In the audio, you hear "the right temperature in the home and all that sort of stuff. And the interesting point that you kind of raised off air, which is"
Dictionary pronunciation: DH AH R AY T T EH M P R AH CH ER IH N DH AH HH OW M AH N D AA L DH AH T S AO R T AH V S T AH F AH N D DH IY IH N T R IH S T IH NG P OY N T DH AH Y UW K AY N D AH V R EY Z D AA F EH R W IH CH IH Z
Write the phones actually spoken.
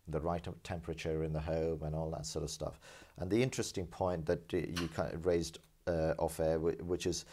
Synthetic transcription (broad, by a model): DH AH R AY T T EH M P R AH CH ER IH N DH AH HH OW M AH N AA L DH AH T S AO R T AH V S T AH F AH N DH IY IH N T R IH S T IH NG P OY N DH AH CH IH K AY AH R EY Z D AA F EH W W IH CH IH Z